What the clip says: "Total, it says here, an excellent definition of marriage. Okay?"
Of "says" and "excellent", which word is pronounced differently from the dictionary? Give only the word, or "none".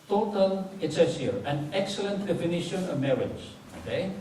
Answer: says